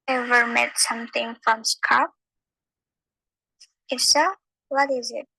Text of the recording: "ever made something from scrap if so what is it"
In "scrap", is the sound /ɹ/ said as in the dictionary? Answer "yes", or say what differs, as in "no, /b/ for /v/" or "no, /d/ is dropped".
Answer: no, /ɹ/ is dropped